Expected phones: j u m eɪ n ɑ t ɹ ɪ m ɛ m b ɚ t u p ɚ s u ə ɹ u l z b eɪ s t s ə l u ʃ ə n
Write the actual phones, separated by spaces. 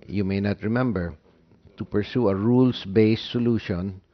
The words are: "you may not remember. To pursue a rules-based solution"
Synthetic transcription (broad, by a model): j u m eɪ n ɑ t ɹ ɪ m ɛ m b ɚ t u p ɚ s u ə ɹ u l s b eɪ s s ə l u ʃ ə n